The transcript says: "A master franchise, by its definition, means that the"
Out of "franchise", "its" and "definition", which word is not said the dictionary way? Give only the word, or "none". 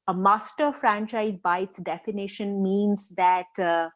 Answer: none